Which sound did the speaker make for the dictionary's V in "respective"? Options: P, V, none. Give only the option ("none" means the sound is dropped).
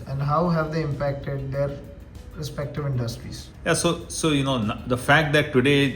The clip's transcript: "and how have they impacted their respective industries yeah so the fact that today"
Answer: V